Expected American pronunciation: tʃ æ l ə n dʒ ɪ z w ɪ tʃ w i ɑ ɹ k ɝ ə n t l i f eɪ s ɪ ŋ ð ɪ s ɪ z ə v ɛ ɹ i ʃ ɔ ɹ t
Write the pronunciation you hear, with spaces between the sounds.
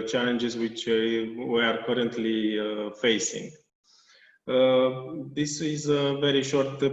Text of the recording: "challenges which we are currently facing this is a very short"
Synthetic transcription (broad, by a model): tʃ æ l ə n dʒ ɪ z w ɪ tʃ w i ɑ ɹ k ɝ ə n t l i f eɪ s ɪ ŋ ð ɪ s ɪ z ə v ɛ ɹ i ʃ ɔ ɹ t